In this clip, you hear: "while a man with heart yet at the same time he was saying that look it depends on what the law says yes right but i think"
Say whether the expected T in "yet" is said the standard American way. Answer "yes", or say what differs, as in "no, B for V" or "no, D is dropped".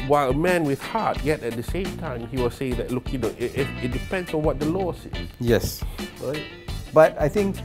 yes